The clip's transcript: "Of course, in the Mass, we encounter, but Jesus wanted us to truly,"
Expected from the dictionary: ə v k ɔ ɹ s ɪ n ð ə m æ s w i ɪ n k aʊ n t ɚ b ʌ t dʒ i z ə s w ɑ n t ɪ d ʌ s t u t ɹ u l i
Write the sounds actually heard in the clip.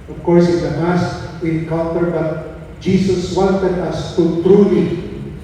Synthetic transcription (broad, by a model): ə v k ɔ ɹ s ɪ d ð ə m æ s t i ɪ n k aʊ l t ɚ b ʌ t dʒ i s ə s w ɑ n t ɪ d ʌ s t u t ɹ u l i